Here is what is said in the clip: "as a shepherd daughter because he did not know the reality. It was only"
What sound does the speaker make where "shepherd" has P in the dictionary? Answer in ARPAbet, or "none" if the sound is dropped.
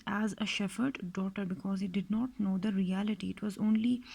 F